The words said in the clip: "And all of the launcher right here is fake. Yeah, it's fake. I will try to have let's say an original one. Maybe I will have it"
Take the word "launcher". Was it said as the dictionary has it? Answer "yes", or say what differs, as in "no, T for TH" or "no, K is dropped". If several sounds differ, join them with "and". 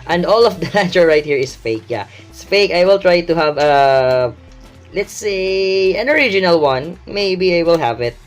no, N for L and N is dropped